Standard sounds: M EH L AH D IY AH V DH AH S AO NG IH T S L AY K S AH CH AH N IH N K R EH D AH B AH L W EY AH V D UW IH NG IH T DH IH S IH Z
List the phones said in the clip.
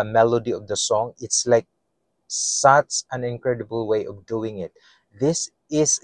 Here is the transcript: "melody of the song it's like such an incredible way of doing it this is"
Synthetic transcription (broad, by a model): M EH L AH D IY AH V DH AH S AO NG IH T S L AY K S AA S AH N IH N K R EH D AH B AH L W EY AH V D UW IH NG IH T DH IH S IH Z